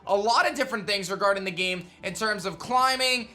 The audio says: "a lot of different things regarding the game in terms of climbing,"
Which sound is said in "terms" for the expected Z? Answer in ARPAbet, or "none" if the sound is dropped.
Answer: Z